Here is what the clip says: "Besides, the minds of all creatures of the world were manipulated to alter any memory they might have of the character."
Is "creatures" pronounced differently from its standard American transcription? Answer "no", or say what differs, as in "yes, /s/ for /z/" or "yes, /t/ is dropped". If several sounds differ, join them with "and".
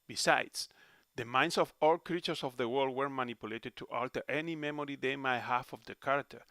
yes, /s/ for /z/